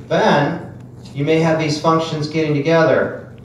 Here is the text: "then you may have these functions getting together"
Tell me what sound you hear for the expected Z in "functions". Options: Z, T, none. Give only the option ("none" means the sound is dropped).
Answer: Z